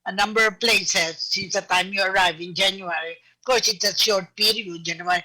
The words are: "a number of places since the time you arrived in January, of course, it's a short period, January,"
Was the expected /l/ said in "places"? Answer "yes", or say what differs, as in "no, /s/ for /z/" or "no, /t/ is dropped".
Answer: yes